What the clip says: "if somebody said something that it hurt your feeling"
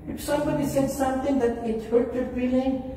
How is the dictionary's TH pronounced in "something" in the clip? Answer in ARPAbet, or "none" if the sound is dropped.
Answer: T